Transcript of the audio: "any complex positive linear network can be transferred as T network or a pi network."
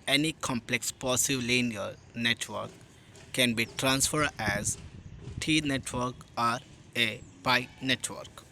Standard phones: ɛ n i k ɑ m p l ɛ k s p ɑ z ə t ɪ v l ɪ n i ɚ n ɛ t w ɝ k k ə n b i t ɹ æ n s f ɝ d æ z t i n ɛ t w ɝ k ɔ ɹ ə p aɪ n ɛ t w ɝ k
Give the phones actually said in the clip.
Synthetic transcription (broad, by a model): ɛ n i k ɑ m p l ɛ k s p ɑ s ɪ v l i n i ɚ n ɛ t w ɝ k k ə n b i t ɹ æ n s f ɝ d æ z t i n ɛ t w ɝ k ɔ ɹ ə p aɪ n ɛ t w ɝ k